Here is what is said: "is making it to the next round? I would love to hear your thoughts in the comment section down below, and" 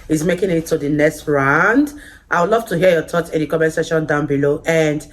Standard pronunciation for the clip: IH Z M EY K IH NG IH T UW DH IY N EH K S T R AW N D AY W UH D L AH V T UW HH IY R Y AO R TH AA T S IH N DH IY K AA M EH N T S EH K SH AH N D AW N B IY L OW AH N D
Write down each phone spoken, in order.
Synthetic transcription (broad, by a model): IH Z M EY K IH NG IH T UW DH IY N EH K S T R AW N D AY W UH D L AH V T UW HH IY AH Y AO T AA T IH N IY K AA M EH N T S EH SH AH N D AW N B IY L OW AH N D